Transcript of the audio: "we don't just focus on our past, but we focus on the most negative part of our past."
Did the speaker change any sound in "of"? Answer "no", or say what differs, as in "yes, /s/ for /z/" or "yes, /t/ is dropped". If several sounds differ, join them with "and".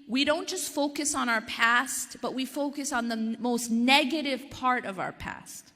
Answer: no